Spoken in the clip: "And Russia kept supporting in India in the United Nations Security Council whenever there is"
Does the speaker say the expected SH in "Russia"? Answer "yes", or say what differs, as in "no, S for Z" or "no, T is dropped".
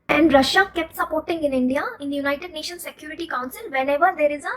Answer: yes